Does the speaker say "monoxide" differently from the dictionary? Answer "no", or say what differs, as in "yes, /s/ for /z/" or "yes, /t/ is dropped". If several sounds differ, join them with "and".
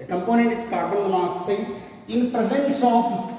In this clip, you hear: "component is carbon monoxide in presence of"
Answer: yes, /d/ is dropped